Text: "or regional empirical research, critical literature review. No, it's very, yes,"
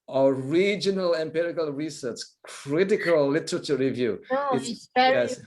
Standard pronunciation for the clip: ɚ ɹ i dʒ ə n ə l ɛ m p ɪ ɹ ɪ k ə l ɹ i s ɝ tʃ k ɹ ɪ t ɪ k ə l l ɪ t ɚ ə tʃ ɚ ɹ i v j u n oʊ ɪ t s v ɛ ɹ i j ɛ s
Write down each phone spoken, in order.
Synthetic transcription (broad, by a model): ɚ ɹ i dʒ ə n ə l ɛ m p ɪ ɹ ɪ k ə l ɹ i s ɝ tʃ k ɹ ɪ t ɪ k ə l l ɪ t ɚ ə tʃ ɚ ɹ i v j u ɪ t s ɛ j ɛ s